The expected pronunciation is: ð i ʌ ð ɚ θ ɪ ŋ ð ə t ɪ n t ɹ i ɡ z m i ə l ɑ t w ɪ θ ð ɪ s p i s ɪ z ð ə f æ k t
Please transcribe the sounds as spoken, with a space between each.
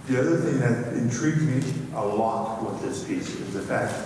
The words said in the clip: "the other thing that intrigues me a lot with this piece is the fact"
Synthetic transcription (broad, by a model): ð i ʌ ð ɚ θ ɪ ŋ ð ə t ɪ n t ɹ i ɡ z m i ə l ɑ t w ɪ ð ɪ s p i s ɪ z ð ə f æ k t